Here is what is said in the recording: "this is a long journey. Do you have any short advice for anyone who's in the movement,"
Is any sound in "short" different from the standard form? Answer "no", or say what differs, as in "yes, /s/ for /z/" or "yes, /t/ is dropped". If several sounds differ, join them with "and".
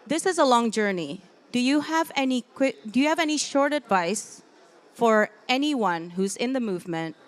no